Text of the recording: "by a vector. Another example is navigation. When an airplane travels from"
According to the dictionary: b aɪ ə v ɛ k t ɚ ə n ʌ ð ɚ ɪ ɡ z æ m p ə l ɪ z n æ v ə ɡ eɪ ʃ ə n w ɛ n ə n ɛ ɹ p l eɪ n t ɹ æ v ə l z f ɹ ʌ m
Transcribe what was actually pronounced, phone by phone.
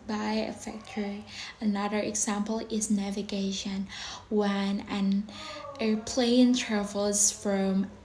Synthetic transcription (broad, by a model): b aɪ ə f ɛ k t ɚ ə n ʌ ð ɚ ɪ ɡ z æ m p l ɪ z n æ v ə ɡ eɪ ʃ ə n w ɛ n ə n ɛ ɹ p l eɪ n t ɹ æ v l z f ɹ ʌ m